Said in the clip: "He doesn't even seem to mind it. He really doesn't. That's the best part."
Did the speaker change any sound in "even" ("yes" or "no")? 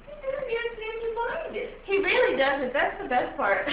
yes